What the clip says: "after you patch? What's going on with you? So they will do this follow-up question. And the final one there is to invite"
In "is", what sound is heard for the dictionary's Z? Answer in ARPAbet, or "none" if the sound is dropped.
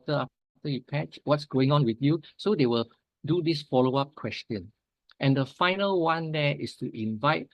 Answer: S